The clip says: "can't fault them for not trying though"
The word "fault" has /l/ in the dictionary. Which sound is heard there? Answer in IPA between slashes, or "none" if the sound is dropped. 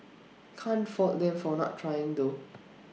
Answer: none